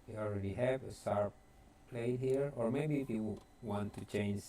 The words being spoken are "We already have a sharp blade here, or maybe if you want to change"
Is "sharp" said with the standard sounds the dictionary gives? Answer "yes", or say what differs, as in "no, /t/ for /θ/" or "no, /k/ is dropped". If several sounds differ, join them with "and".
no, /s/ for /ʃ/